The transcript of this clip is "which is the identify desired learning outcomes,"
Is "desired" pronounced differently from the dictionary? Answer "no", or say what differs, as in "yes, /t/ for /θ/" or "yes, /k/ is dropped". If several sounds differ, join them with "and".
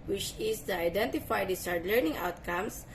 yes, /s/ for /z/